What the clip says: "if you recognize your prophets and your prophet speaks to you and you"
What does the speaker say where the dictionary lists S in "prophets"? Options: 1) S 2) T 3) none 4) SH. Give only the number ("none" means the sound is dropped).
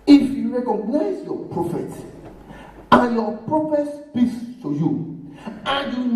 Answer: 3